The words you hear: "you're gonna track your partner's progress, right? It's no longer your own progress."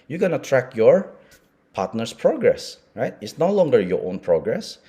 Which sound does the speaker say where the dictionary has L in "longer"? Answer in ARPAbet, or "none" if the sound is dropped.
L